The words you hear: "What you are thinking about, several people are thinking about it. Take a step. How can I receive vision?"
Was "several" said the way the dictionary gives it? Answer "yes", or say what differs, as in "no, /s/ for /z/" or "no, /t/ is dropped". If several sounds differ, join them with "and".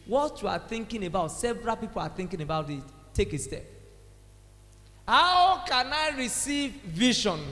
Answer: yes